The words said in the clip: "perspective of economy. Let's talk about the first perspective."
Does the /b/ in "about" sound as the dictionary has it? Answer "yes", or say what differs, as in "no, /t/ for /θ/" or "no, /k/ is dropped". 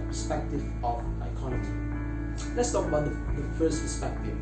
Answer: no, /b/ is dropped